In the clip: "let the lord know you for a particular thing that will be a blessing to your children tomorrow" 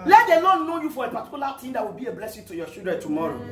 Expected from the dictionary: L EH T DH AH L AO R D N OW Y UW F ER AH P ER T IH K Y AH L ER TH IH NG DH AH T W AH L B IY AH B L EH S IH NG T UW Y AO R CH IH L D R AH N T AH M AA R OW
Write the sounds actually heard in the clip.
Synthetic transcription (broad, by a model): L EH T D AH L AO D N OW Y UW F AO AH P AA T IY K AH L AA T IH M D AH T W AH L B IY AH B L EH S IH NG T UW Y AO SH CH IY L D R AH N T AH M AA R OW